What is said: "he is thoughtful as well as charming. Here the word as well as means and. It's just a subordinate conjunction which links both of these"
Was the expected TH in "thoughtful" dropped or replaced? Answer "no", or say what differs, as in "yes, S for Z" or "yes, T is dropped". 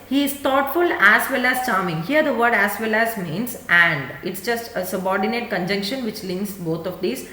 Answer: yes, T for TH